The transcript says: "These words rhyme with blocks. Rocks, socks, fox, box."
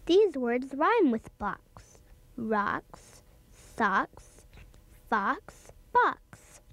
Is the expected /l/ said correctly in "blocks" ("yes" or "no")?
no